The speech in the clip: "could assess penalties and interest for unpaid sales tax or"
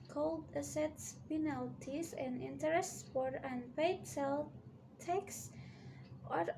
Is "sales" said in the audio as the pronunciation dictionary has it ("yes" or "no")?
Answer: no